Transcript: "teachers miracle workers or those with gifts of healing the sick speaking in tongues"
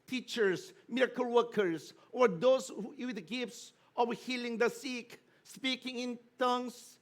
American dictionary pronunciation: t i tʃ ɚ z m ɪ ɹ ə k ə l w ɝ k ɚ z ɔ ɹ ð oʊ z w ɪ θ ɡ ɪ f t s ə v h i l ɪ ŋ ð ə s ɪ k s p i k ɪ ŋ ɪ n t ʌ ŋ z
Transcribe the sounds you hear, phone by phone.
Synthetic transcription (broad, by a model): t i tʃ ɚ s m ɪ ɹ ə k ə l w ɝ k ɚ s ɔ ɹ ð oʊ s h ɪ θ ɡ ɪ f t s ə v h i l ɪ ŋ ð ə s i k s p i k ɪ ŋ ɪ n t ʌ ŋ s